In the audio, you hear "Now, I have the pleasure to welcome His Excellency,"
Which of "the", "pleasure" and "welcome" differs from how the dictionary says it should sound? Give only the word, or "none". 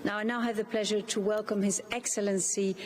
none